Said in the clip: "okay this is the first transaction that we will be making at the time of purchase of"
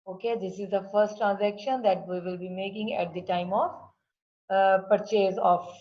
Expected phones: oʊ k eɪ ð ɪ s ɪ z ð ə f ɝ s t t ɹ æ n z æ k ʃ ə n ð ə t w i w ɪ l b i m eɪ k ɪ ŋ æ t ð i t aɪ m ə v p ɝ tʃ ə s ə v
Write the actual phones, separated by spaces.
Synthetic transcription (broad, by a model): oʊ k eɪ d ɪ s ɪ z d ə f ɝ s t t ɹ æ n z æ k ʃ ə n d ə t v i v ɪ l b i m eɪ k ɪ ŋ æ t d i t aɪ m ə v p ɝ tʃ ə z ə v